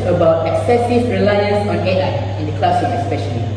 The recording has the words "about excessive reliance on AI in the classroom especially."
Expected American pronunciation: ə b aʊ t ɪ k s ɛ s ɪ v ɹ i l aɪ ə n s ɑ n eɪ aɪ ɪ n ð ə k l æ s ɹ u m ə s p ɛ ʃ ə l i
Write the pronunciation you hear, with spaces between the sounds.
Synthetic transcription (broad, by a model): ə b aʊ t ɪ k s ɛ s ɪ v ɹ i l aɪ ə n s ɑ n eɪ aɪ ɪ n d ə k l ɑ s u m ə s p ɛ ʃ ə l i